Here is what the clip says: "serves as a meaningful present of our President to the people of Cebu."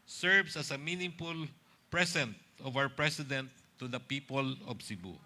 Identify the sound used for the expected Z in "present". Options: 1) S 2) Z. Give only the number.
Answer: 1